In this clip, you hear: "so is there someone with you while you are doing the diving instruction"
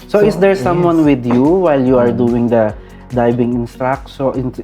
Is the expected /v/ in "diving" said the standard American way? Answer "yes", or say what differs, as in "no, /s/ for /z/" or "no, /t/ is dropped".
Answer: no, /b/ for /v/